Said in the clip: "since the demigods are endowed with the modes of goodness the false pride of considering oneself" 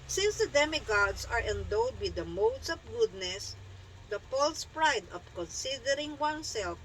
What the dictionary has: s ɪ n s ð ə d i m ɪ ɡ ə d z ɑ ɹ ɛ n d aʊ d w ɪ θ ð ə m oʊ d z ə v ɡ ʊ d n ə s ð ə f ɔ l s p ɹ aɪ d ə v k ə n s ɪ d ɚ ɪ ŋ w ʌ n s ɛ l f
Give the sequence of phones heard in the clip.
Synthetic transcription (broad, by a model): s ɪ n s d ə d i m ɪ ɡ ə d s ɑ ɹ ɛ n d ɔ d w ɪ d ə m oʊ d s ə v ɡ ʊ d n ə s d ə p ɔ l s p ɹ aɪ d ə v k ə n s ɪ d ɚ ɪ ŋ w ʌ n s ɛ l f